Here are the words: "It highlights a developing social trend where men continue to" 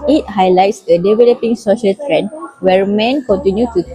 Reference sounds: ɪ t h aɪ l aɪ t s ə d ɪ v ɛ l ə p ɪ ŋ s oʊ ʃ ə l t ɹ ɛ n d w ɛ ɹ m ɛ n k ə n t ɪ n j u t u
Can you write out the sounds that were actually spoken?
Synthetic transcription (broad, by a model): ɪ t h aɪ l aɪ t s ə d ɪ v ɛ l ə p ɪ ŋ s oʊ ʃ ə l t ɹ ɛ n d w ɛ ɹ m ɛ n k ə n t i n j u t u